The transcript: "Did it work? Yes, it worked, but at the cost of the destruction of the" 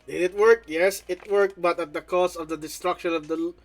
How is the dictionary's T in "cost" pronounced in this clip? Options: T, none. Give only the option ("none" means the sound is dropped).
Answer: none